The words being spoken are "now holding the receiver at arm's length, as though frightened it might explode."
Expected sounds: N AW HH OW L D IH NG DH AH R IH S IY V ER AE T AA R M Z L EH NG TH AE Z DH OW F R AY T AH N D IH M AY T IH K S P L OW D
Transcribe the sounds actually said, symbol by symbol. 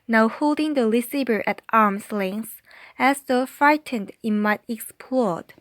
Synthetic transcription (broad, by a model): N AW HH OW L D IH NG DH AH L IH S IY B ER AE T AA R M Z L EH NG S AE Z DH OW F R AY T AH N D IH M AY T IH K S P L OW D